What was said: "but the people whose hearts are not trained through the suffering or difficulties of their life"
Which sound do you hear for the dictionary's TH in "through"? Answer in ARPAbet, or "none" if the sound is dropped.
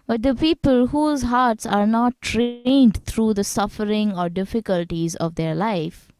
T